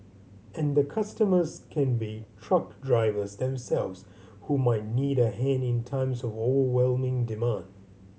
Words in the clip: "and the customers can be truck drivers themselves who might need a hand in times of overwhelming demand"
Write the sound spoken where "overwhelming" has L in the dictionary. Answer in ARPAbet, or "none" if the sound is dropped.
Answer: L